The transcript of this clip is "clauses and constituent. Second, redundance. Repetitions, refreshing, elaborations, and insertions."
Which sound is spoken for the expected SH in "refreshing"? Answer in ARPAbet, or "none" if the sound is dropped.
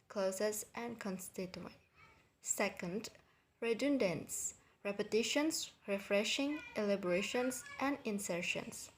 SH